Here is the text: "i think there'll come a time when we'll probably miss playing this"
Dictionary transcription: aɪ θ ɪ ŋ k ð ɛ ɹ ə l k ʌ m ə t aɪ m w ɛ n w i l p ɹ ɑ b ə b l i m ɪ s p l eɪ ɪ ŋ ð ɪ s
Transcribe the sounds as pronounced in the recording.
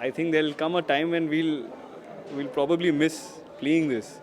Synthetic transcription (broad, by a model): aɪ t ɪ ŋ k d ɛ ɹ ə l k ʌ m ə t aɪ m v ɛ n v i l p ɹ ɑ b ə b l i m ɪ s p l eɪ ɪ ŋ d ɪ s